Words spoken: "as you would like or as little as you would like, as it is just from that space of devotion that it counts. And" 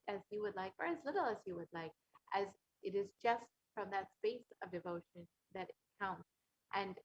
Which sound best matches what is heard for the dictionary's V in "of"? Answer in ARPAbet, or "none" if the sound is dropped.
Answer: V